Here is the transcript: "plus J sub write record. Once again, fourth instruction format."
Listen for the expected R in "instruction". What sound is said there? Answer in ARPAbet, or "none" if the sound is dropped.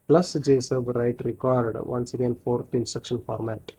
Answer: none